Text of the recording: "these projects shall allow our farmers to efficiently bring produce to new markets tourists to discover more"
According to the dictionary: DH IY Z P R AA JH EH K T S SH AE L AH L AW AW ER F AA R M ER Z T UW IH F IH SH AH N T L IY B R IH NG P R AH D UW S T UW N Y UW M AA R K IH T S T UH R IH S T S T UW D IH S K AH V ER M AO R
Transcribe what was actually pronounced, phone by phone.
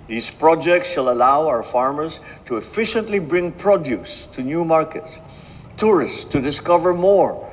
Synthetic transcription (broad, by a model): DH IY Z P R AA JH EH K T S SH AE L AH L AW AW ER F AA R M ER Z T UW IH F IH SH AH N T L IY B R IH NG P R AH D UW S T UW N Y UW M AA R K IH T S T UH R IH S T S T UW D IH S K AH V ER M AO R